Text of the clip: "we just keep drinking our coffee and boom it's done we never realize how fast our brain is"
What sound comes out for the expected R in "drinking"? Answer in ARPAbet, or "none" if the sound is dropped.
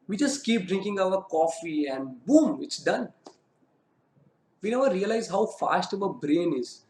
R